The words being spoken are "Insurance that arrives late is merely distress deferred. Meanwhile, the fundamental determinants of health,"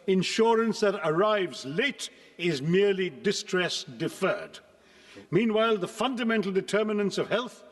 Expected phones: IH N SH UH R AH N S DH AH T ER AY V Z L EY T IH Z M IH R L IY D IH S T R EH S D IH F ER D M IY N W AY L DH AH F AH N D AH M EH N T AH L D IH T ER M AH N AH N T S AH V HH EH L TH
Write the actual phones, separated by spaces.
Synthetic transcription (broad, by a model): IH N SH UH R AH N S DH AH T ER AY V Z L EY T IH Z M IH R L IY D IH S T R EH S D IH F ER D M IY N W AY L DH AH F AH N D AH M EH N T L D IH T ER M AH N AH N S AH V HH EH L TH